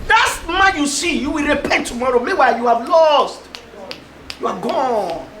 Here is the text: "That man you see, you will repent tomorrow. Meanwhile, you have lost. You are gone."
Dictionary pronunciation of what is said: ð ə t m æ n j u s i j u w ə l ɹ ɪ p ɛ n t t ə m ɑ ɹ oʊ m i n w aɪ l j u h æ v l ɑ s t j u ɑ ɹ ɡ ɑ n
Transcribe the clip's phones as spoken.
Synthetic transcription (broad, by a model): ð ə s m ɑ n j u s i j u w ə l ɹ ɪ p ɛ n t t ə m ɑ ɹ oʊ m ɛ w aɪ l j u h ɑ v l ɑ s t j u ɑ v ɡ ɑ n